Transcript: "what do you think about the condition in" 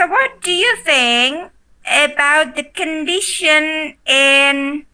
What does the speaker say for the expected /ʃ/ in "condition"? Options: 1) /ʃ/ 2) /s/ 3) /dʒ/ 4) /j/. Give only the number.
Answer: 1